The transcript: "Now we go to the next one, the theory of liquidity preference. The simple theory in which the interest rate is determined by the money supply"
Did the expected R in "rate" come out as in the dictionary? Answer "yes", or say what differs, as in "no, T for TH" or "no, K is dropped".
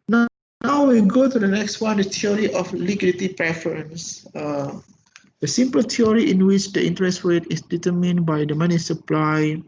no, W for R